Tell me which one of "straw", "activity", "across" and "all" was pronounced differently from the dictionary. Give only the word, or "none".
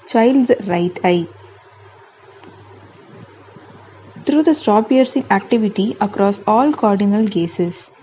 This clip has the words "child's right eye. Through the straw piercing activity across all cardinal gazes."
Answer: straw